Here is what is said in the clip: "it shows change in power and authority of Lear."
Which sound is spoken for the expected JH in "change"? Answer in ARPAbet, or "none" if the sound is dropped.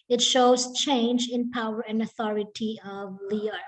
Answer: JH